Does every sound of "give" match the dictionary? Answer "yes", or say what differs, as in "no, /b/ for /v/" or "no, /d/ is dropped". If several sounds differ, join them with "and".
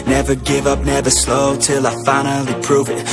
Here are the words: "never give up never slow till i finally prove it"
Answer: yes